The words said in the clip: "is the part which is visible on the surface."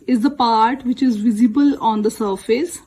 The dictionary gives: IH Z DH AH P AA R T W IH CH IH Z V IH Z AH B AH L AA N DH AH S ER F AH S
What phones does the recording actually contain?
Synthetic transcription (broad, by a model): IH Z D AH P AA R T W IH CH IH Z V IH Z AH B AH L AA N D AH S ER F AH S